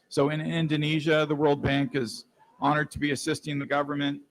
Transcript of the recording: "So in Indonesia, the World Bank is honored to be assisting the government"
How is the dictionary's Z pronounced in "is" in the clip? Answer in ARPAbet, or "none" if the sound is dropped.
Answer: Z